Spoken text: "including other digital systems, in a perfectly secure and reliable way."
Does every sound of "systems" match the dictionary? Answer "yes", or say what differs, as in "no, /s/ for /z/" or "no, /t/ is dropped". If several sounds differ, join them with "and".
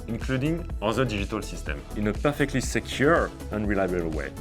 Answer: no, /z/ is dropped